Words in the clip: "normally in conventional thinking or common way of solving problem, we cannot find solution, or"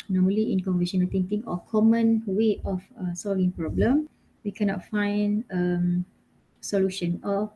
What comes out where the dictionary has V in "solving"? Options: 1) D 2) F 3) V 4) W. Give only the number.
3